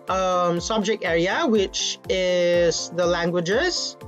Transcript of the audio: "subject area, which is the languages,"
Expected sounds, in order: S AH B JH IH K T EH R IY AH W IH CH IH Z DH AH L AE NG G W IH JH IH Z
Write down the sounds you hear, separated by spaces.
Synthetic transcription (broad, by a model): S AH B JH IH K T EH R IY AH W IH CH IH Z DH AH L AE NG G W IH JH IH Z